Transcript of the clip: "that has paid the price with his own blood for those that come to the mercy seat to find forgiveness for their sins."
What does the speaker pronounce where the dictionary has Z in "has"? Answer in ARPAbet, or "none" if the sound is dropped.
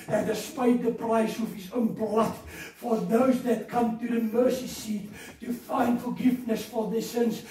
S